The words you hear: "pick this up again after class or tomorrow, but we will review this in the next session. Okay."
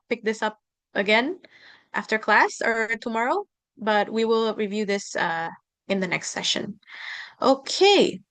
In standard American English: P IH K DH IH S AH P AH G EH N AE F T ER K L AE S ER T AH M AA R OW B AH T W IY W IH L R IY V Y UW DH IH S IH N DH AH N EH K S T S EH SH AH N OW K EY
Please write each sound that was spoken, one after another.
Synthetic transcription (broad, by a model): P IH K DH IH S AH P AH G EH N AE F T ER K L AE S ER T AH M AA R OW B AH T W IY W IH L R IY V Y UW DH IH S IH N DH AH N EH K S T S EH SH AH N OW K EY